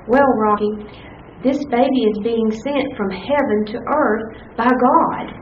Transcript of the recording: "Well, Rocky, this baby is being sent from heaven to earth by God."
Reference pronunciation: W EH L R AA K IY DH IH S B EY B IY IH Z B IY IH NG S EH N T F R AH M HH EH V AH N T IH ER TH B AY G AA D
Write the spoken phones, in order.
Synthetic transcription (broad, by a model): W EH L R AA K IY DH IH S B EY B IY IH Z B IY IH NG S EH N T F R AH M HH EH V AH N T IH ER TH B AY G AA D